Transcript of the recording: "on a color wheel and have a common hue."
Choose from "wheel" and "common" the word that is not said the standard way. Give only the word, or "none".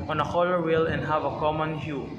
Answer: none